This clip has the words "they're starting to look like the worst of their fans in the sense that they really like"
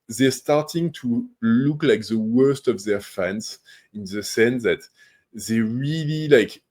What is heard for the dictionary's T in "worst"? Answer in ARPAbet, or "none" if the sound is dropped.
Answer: T